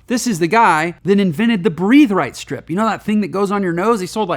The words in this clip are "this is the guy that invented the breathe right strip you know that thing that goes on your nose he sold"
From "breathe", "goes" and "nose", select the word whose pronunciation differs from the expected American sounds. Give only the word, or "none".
none